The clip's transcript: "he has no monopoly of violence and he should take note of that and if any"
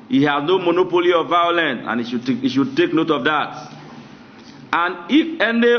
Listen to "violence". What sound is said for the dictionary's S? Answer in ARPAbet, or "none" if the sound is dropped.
none